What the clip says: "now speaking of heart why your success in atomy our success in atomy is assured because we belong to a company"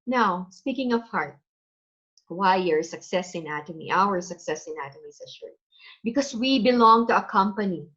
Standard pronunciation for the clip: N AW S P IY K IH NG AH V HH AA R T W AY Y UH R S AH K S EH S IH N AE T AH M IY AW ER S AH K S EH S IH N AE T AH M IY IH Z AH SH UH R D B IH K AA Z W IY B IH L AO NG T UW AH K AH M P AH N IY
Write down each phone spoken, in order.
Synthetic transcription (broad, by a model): N AW S P IY K IH NG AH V HH AA R T W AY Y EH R S AH K S EH S IH N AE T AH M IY AW ER S AH K S EH S IH N AE T AH M IY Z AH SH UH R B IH K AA S W IY B IH L AO NG T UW AH K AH M P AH N IY